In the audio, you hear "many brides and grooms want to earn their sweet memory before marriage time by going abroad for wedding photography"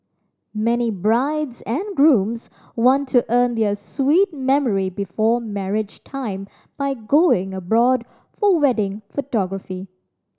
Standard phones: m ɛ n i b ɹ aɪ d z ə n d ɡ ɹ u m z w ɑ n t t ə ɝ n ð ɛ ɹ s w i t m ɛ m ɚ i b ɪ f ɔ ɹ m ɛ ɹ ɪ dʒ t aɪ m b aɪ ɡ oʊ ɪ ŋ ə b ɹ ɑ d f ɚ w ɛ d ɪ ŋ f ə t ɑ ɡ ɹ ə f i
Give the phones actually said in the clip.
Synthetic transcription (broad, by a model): m ɛ n i b ɹ aɪ d z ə n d ɡ ɹ u m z w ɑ n t t ə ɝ n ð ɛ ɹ s w i t m ɛ m ɚ i b ɪ f ɔ ɹ m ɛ ɹ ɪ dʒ t aɪ m b aɪ ɡ oʊ ɪ ŋ ə b ɹ ɑ d f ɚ w ɛ d ɪ ŋ f ə t ɑ ɡ ɹ ə f i